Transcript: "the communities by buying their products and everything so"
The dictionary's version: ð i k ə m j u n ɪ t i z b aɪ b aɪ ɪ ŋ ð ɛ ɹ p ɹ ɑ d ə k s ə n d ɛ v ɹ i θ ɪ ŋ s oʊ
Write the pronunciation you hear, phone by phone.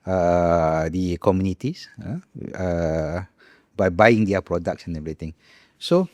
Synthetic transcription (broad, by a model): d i k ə m j u n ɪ t i s b aɪ b aɪ ɪ ŋ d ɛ p ɹ ɑ d ə k s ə n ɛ v ɹ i t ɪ ŋ s oʊ